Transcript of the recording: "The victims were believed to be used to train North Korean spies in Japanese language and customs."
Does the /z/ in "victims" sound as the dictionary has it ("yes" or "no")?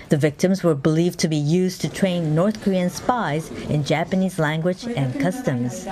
yes